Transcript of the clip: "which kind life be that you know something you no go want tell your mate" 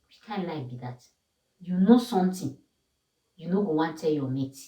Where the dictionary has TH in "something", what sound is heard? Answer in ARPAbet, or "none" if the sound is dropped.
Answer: T